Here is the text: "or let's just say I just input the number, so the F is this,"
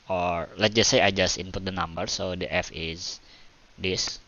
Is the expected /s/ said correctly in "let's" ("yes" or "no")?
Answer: no